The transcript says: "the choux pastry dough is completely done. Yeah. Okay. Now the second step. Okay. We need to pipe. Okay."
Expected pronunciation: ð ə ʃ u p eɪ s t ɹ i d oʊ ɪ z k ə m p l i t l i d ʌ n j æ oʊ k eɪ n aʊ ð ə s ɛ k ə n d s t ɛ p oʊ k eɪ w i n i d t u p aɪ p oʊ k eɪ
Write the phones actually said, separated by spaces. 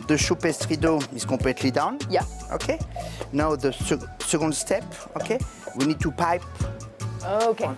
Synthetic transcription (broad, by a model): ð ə ʃ u p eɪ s t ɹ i d oʊ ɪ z k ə p l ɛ t l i d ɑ n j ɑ oʊ k eɪ n aʊ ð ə s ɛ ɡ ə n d s t ɛ p oʊ k eɪ w i n i d t u p aɪ p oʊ k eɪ